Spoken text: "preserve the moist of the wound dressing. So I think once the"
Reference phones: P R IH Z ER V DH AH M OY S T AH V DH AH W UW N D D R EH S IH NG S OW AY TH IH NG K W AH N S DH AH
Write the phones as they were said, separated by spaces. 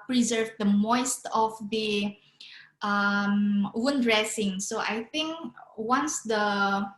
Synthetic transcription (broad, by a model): P R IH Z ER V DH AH M OY S T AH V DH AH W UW N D D R EH S IH NG S OW AY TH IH NG K W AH N S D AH